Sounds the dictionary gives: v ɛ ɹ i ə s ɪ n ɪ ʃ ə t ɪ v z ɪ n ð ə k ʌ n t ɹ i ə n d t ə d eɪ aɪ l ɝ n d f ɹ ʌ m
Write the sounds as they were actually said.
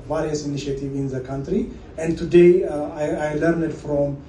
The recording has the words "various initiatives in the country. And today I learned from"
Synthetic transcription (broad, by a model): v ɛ ɹ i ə s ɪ n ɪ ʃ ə t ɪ v ɪ n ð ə k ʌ n t ɹ i ə n d t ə d eɪ aɪ l ɝ n d f ɹ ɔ m